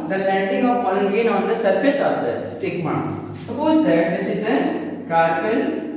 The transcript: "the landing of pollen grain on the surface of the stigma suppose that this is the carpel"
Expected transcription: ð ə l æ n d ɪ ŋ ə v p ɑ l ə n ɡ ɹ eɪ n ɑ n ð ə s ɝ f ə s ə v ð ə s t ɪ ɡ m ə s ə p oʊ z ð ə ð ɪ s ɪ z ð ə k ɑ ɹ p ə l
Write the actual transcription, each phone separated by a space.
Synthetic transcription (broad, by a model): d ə l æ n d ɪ ŋ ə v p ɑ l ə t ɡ eɪ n ɑ n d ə s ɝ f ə s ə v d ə s t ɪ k m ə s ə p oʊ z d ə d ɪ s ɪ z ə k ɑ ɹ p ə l